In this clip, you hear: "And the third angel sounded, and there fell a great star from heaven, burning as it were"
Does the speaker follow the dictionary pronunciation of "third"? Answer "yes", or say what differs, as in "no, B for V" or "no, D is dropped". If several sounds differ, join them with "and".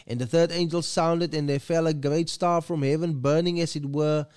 yes